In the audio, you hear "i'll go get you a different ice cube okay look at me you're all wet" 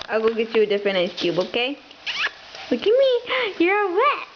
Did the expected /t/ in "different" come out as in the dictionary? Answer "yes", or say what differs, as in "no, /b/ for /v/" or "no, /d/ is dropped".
no, /t/ is dropped